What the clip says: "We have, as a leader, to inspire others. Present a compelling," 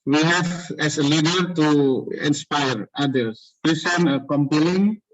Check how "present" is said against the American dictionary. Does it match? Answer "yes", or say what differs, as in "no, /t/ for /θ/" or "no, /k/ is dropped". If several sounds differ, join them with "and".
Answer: no, /s/ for /z/ and /t/ is dropped